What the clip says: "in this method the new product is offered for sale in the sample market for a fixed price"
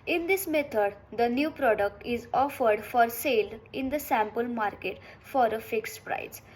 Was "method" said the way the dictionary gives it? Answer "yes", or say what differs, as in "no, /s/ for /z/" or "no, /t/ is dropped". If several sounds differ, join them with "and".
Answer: no, /t/ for /θ/